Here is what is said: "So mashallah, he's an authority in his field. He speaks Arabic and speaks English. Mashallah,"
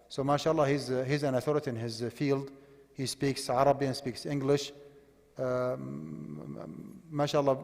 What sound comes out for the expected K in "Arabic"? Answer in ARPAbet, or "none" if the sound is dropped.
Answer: none